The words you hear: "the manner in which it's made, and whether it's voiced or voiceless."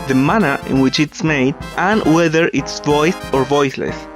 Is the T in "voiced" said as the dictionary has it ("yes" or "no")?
no